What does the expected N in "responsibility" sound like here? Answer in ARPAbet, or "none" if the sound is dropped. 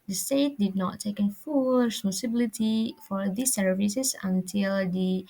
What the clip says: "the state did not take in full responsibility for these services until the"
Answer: none